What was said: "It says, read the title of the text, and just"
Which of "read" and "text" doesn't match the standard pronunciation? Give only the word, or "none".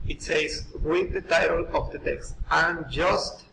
read